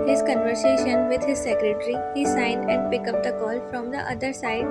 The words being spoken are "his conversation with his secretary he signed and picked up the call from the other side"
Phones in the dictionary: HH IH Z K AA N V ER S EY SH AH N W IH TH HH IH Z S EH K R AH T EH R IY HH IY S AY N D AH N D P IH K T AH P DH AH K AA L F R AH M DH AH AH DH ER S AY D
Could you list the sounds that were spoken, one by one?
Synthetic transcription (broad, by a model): HH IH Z K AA N V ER S EY SH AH N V IH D HH IH Z S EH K R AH T R IY HH IY S AY N D AH N D P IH K AH P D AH K AA L F R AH M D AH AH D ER S AY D